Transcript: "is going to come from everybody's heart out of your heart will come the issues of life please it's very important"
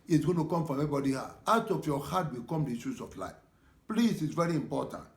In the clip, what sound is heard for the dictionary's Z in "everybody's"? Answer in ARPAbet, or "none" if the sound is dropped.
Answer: none